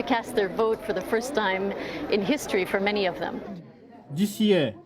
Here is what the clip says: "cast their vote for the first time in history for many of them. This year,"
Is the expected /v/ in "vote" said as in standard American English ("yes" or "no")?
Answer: yes